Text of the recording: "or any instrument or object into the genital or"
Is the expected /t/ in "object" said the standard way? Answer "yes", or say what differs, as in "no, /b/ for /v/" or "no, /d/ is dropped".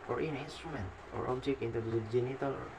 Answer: no, /t/ is dropped